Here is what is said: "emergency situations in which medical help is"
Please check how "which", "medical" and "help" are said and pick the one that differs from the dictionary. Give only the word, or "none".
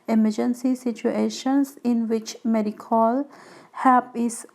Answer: help